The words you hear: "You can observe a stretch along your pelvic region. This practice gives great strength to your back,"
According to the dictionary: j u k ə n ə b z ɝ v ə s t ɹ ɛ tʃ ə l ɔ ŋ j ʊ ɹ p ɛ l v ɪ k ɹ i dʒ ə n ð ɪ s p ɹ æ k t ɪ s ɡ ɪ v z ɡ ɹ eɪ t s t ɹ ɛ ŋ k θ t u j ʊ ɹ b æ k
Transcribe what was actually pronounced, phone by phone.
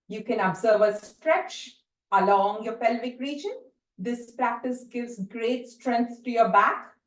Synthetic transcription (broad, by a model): j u k ə n ə b z ɝ v ə s t ɹ ɛ tʃ ə l ɔ ŋ j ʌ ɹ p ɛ l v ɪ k ɹ i dʒ ə n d ɪ s p ɹ æ k t ɪ s ɡ ɪ v z ɡ ɹ eɪ t s t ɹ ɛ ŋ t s t u j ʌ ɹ b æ k